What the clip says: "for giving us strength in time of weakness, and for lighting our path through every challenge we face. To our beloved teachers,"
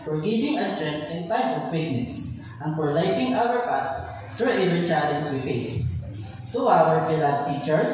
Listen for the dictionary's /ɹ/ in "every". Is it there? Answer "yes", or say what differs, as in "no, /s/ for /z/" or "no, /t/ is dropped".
no, /ɹ/ is dropped